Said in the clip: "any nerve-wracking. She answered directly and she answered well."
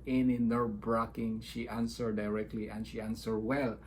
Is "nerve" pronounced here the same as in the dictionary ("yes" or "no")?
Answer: no